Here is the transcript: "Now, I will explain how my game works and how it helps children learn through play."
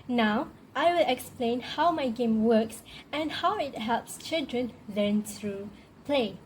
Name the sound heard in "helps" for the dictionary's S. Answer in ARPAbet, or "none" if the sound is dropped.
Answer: S